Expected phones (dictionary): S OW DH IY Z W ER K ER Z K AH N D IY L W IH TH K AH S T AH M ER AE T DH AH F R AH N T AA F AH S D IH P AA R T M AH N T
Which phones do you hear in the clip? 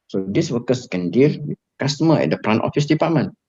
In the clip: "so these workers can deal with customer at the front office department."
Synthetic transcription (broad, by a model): S OW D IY S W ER K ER S K AH N D IY L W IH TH K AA S T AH M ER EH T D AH P R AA N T AA F AH S D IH P AA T M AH N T